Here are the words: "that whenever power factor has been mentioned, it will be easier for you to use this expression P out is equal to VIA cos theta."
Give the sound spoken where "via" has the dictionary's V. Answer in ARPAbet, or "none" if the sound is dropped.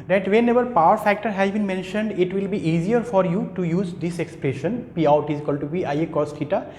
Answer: P